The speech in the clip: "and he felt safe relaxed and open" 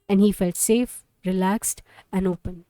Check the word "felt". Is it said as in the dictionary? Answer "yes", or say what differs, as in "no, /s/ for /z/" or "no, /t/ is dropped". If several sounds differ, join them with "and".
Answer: yes